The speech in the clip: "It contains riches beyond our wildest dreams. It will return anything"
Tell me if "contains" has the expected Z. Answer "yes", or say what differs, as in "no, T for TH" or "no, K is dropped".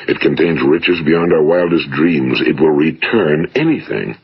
yes